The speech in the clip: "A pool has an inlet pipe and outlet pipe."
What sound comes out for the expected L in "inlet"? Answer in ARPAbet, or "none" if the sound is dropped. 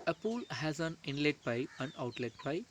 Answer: L